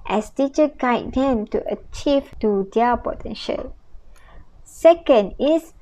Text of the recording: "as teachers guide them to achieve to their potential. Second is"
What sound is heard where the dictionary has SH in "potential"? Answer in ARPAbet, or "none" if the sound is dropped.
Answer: SH